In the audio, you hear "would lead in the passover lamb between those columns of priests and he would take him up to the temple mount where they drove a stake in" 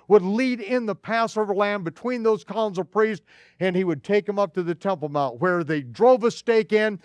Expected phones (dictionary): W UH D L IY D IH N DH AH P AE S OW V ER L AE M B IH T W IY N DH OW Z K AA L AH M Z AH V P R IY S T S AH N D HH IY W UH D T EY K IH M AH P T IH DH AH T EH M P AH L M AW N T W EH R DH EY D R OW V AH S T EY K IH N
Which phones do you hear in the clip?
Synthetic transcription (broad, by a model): W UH D L IY D IH N DH AH P AE S OW V ER L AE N B IH T W IY N DH OW Z K AA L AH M Z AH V P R IY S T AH N IY W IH D T EY K IH M AH P T IH DH AH T EH M P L M AW N T W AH R DH EY D R OW V AH S T EY K IH N